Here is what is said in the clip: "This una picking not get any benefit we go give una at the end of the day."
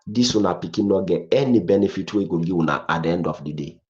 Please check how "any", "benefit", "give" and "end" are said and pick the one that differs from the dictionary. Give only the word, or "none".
give